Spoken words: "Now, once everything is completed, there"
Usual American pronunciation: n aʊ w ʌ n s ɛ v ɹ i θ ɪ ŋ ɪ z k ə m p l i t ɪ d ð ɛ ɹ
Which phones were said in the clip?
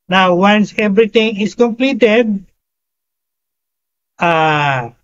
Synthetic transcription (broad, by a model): n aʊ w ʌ n s ɛ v ɹ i t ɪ ŋ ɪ s k ə m p l i t ɪ d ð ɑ